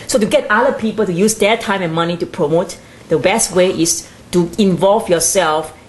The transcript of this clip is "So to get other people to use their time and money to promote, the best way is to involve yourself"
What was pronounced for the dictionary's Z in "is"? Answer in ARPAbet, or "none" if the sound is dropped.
S